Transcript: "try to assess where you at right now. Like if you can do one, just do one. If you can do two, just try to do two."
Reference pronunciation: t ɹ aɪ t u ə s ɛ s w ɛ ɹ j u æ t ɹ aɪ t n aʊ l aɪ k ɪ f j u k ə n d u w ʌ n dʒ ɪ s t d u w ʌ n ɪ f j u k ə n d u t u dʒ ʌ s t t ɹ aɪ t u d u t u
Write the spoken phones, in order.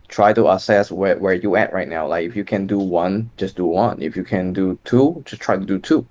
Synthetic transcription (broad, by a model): t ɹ aɪ t u ə s ɛ s w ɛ w j u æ t ɹ aɪ t n aʊ l aɪ k ɪ f j u k ə n d u w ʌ n dʒ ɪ s d u w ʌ n ɪ f j u k ə n d u t u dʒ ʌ s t t ɹ aɪ t u d u t u